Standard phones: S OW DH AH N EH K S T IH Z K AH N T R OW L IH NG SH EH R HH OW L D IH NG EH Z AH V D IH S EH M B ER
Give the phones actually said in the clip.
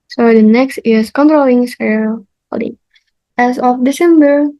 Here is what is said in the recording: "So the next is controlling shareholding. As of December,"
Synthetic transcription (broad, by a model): S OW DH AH N EH K S T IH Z K AH N T R OW L IH NG S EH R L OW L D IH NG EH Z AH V D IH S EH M B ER